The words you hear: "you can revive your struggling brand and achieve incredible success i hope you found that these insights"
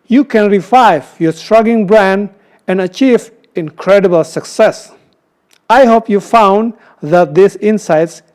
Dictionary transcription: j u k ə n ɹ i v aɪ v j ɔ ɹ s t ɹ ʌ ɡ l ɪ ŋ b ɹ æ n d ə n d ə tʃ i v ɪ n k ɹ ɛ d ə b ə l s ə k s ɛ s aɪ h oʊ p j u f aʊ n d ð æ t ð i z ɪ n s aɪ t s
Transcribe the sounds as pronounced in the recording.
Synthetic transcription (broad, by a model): j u k ə n ɹ i v aɪ v j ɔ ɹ s t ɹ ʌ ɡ ɪ ŋ b ɹ æ n d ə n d ə tʃ i v ɪ n k ɹ ɛ d ə b ə l s ə k s ɛ s aɪ h oʊ p j u f aʊ n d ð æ t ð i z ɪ n s aɪ t s